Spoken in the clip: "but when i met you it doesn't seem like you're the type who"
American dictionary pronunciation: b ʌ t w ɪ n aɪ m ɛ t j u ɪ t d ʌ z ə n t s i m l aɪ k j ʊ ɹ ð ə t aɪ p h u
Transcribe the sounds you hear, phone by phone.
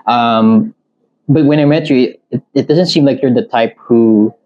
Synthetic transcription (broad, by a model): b ʌ t w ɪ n aɪ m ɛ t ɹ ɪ ɪ t d ʌ z ə n t s i m l aɪ k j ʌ ɹ ð ə t aɪ p h u